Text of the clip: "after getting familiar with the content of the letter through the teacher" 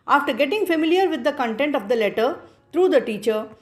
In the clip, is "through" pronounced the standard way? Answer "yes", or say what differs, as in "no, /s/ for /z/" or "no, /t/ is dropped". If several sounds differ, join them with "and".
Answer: no, /t/ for /θ/